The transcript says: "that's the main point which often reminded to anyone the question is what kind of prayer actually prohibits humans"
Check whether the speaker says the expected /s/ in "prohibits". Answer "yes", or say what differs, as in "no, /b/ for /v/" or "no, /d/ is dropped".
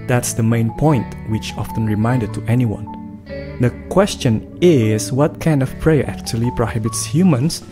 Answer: yes